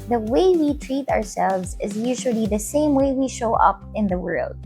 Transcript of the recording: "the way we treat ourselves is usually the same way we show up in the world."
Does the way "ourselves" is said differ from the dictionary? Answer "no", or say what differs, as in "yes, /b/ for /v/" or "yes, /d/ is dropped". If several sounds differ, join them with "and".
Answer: no